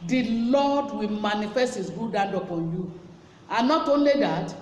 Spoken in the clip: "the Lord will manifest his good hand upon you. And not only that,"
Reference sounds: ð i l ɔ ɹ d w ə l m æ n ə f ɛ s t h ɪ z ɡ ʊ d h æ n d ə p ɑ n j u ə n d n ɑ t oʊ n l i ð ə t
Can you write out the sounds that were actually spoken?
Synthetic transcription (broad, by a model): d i l ɔ d w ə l m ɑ n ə f ɛ s t h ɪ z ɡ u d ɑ n d ə p ɑ n j u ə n n ɑ t oʊ n l i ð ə t